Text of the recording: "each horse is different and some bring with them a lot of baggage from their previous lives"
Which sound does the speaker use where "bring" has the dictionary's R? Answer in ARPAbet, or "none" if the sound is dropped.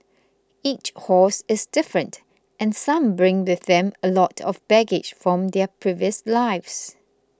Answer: R